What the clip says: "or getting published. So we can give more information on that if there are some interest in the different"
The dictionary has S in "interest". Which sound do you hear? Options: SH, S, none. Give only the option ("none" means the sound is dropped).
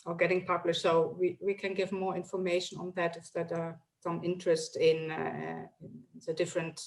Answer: S